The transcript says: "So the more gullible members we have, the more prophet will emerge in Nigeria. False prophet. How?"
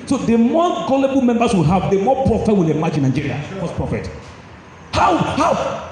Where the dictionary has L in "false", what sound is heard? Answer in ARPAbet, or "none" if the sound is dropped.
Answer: none